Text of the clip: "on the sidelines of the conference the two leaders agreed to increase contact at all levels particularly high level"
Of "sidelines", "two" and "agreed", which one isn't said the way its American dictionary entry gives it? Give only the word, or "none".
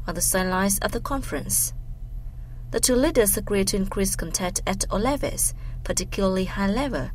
sidelines